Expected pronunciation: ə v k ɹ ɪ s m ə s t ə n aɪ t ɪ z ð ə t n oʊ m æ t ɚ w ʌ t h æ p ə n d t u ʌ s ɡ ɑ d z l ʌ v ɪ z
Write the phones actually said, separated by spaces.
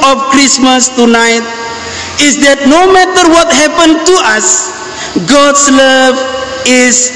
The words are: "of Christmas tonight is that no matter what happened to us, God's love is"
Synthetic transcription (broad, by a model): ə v k ɹ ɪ s m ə s t ə n aɪ t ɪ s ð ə t n oʊ m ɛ t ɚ w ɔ t h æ p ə n t u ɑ s ɡ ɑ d s l ʌ v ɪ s